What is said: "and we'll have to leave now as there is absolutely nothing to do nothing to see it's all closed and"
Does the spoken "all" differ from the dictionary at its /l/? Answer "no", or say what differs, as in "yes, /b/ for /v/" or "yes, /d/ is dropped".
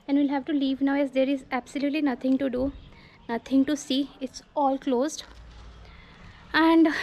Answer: no